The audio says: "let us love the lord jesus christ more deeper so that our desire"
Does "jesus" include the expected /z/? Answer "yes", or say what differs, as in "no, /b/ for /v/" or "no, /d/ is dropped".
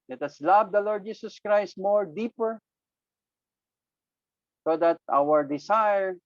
no, /s/ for /z/